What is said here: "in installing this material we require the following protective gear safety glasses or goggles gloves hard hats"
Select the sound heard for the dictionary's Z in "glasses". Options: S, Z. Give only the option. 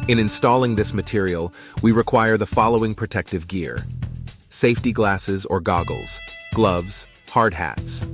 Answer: Z